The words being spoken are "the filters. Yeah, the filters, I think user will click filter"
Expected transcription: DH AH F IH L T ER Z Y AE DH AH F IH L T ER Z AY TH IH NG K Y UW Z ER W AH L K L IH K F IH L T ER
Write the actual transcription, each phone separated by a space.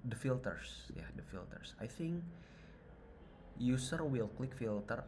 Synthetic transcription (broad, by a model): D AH F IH L T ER S Y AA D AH F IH L T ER S AY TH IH NG K Y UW S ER W AH L K L IH K F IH L T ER